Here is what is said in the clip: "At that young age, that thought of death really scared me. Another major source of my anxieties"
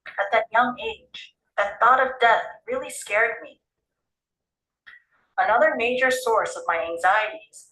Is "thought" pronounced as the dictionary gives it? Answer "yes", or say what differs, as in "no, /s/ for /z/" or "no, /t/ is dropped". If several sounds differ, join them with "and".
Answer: yes